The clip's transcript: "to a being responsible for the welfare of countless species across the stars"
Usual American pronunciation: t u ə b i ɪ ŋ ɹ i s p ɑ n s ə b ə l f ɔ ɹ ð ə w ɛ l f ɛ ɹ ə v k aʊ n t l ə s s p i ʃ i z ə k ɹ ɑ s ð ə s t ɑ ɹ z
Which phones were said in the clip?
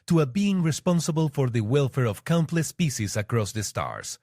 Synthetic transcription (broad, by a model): t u ə b i ɪ ŋ ɹ i s p ɑ n s ə b ə l f ɔ ɹ ð ə w ɛ l f ɛ ɹ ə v k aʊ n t l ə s s p i s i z ə k ɹ ɑ s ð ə s t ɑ ɹ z